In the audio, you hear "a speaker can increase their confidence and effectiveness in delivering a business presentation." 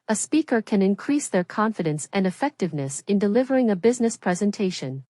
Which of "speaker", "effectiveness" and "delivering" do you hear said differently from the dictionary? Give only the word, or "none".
none